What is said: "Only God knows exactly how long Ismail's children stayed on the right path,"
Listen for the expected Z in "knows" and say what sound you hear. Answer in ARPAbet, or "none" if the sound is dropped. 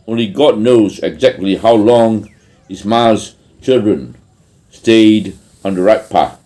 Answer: Z